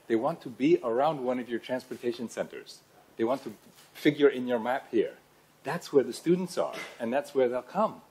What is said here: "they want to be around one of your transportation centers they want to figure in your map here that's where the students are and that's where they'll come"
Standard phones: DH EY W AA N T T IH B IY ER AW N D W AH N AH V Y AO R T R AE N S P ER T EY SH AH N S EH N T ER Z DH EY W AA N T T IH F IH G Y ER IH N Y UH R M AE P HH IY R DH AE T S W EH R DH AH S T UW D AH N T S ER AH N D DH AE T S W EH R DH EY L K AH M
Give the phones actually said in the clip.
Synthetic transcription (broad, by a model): DH EY W AA N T T IH B IY ER AW N D W AH N AH V Y AO R T R AE N S P ER T EY SH AH N S EH N T ER Z DH EY W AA N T T IH F IH G Y ER IH N Y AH R M AE P HH IY R DH AE T S W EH R DH AH S T UW D N T S ER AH N DH AE T S W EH R DH EY L K AH M